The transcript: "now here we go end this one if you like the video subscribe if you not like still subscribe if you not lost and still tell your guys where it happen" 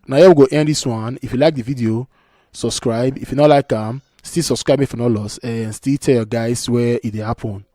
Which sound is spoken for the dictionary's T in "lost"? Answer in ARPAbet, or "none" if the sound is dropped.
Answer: none